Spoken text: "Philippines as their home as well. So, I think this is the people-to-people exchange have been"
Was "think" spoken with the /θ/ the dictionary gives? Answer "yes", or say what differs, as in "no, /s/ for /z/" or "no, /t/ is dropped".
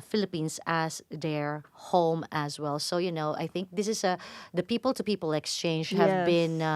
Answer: yes